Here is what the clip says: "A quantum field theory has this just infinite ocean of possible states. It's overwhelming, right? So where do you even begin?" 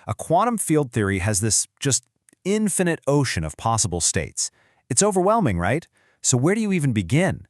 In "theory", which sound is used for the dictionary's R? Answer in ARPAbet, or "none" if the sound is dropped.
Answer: R